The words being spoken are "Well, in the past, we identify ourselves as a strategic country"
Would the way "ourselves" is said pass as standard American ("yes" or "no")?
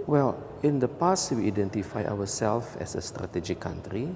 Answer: no